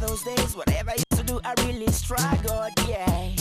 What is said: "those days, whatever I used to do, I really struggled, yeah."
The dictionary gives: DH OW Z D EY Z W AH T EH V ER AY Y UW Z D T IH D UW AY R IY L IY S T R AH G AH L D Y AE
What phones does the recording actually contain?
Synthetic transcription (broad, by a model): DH OW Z D EY Z W AH T EH V ER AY Y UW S T IH D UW AY R IY L IY S T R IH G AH D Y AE